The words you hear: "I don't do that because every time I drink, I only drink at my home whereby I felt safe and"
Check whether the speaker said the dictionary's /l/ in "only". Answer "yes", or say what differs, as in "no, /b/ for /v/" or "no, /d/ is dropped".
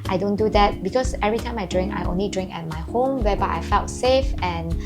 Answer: yes